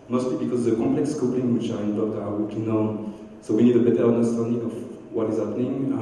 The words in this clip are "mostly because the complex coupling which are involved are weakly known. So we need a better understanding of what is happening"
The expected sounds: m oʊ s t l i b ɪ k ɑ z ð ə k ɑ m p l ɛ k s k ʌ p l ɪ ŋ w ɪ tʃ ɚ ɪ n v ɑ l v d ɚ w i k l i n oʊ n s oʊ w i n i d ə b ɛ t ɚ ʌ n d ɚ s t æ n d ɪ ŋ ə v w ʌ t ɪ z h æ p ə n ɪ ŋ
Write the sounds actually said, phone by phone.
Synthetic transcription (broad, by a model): m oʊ s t l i b ɪ k ɑ z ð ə k ɑ m p l ɛ k s k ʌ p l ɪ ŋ w ɪ tʃ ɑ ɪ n b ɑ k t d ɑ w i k i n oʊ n s oʊ w i n i d ə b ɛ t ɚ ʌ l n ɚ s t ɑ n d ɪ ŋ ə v w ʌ t ɪ z h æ p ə n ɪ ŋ